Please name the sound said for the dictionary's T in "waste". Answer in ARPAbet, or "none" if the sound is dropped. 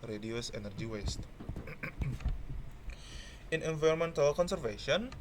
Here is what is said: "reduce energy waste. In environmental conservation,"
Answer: T